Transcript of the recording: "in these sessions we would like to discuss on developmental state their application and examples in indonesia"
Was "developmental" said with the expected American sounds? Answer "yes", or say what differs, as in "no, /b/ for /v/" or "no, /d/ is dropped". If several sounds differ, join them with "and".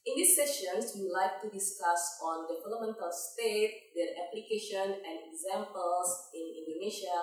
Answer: no, /p/ is dropped